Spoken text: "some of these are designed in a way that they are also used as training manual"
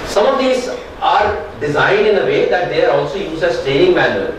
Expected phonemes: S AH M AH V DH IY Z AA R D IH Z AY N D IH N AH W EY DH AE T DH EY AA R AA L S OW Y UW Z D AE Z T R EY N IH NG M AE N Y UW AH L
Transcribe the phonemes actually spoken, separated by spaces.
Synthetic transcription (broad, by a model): S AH M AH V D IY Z AA R D IH Z AY N D IH N AH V EY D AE T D EY AA R AA L S OW Y UW Z D AE Z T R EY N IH NG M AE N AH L